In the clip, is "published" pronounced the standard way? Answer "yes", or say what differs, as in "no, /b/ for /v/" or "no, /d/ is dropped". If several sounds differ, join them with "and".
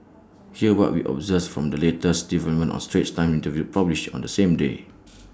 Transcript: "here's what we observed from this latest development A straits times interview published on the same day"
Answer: no, /t/ is dropped